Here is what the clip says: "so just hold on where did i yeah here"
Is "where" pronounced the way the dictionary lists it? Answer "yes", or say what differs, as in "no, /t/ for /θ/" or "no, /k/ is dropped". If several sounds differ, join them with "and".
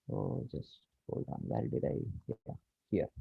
no, /l/ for /ɹ/